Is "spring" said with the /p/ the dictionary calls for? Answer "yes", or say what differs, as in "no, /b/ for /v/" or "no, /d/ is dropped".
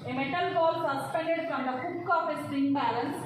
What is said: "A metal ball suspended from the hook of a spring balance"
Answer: no, /p/ is dropped